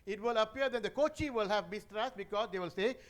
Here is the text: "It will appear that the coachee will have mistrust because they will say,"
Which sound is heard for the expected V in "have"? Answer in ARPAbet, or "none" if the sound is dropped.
V